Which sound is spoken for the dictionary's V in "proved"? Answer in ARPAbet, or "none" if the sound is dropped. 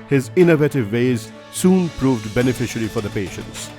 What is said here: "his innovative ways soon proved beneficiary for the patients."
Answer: V